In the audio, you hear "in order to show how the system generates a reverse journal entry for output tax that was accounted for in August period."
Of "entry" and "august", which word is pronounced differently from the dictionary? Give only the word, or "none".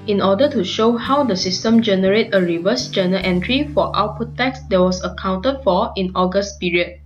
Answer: none